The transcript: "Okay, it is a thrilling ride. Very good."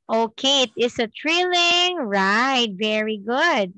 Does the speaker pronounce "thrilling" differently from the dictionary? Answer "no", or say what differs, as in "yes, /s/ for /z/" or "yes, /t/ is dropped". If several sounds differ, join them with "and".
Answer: yes, /t/ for /θ/